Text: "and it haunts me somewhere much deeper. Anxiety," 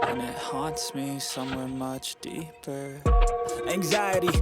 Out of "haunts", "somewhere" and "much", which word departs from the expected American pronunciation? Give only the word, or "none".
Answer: none